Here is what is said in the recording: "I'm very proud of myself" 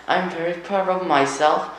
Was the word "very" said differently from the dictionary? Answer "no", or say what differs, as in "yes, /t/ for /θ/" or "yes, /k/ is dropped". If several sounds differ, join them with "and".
no